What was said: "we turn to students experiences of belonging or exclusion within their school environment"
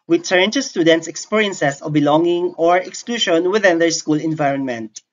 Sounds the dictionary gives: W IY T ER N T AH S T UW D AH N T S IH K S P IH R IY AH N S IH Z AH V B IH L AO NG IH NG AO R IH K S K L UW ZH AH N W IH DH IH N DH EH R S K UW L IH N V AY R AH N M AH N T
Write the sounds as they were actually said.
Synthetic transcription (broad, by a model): W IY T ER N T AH S T UW D AH N T S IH K S P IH R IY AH N S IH S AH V B IH L AO NG IH NG AO R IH K S K L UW SH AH N W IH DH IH N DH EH R S K UW L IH N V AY R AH N M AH N T